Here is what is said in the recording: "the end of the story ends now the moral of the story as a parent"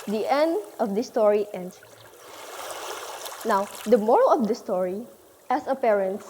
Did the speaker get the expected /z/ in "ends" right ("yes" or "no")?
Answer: no